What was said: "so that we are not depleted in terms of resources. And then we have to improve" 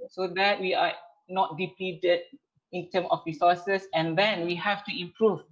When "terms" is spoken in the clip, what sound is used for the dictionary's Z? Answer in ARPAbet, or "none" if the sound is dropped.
none